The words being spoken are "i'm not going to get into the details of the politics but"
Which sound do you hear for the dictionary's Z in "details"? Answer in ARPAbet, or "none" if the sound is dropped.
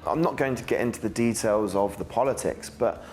Z